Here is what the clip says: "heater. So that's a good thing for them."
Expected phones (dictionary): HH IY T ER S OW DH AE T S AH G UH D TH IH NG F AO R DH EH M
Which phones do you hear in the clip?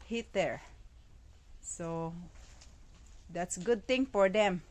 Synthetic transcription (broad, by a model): HH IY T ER S OW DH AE T S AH G UH D T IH NG F AO R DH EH M